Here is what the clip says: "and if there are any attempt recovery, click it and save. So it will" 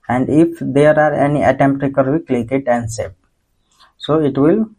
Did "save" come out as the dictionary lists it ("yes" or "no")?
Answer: no